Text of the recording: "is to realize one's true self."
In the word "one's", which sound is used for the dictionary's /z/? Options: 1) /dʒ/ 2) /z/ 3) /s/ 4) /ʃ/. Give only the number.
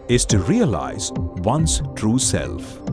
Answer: 3